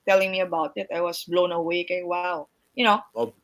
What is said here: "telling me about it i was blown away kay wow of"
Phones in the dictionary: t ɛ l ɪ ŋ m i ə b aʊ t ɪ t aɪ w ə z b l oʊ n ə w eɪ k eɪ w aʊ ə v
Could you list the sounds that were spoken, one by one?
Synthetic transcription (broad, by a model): t ɛ l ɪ ŋ m i ə b aʊ t ɪ t aɪ w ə s b l oʊ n ə w eɪ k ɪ w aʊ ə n